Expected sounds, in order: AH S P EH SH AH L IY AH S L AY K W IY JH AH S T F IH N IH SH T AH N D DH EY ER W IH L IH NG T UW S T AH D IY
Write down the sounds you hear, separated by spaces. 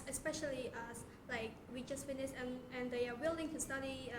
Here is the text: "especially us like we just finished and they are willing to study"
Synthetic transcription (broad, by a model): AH S P EH SH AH L IY AH S L AY K W IY JH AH S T F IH N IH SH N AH N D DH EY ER W IH L IH NG T UW S T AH D IY